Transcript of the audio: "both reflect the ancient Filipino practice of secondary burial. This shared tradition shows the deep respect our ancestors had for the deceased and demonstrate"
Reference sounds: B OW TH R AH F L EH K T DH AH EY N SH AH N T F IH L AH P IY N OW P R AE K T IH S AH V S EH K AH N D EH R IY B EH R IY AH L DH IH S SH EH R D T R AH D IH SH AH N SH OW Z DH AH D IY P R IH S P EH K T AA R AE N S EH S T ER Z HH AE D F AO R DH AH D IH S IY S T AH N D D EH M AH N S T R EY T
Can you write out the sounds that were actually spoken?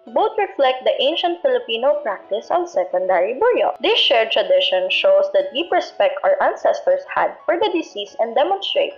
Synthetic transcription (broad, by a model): B OW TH R AH F L EH K T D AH EY N SH AH N T F IH L AH P IY N OW P R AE K T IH S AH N S EH K AH N D EH R IY B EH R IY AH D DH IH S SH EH R T R AH D IH SH AH N SH OW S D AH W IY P R IH S P EH K T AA R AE N S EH S T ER S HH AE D F AO R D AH D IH S IY S AH N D D EH M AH N S T R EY T